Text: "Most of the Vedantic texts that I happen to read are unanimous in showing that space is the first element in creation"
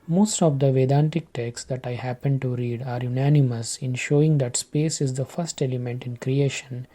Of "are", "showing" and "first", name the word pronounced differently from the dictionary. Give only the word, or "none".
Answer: none